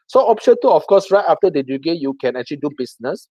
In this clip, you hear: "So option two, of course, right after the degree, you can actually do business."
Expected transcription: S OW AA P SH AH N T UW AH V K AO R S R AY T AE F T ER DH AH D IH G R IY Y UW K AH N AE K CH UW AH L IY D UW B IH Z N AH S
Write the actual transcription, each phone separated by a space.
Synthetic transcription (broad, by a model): S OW AA P SH AH N T UW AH F K AO S R AY T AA F T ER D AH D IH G EH Y UW K AH N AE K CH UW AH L IY D UW B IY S N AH S